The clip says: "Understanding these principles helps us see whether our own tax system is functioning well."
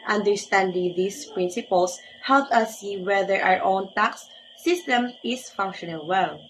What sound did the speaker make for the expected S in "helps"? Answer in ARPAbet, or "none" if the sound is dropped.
none